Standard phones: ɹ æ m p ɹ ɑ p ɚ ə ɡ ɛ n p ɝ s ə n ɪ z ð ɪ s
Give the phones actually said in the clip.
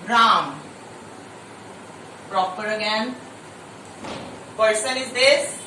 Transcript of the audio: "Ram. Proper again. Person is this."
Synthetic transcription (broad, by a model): ɹ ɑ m p ɹ ɑ p ɚ ə ɡ ɛ n p ɝ s ə n ɪ z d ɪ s